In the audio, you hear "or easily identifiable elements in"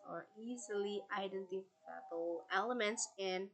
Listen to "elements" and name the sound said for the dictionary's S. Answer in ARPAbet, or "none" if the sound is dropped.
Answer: S